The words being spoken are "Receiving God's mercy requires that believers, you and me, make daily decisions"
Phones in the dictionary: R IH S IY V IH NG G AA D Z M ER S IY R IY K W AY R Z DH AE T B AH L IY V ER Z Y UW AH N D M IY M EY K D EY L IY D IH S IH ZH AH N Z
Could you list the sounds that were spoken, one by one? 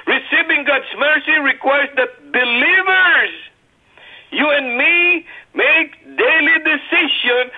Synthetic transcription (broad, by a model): R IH S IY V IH NG G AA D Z M ER S IY R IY K W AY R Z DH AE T B AH L IY V ER Z Y UW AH N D M IY M EY K D EY L IY D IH S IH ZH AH N